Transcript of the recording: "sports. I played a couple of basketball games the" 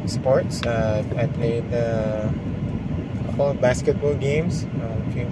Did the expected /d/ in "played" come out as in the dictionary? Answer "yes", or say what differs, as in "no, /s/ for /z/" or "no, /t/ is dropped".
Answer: no, /d/ is dropped